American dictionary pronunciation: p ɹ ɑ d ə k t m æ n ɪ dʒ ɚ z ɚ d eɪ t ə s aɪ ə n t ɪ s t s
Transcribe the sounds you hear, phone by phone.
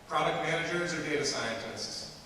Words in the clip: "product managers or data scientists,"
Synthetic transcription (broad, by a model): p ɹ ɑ d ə k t m æ n ɪ dʒ ɚ z ɚ d eɪ t ə s aɪ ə n t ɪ s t s